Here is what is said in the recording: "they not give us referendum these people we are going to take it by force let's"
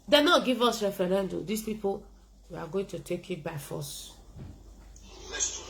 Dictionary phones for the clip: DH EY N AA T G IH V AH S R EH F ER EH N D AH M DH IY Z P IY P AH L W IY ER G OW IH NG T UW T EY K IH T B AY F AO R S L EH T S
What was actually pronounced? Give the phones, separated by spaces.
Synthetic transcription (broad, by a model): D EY N AA T G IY V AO S R EH F ER EH N D AH M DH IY S P IY P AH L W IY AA G OW IH NG T UW T EY K IH T B AY F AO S S